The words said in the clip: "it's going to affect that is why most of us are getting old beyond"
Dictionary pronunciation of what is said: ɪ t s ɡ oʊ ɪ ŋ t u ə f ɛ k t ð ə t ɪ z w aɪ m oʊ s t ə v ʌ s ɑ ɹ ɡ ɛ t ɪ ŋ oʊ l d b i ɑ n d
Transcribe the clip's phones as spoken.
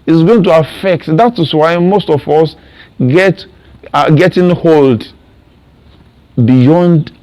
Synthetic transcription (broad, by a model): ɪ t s ɡ oʊ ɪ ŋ t u ə f ɛ k t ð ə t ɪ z w aɪ m oʊ s t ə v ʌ s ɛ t ɡ ɛ t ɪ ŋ oʊ l d b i ɑ n d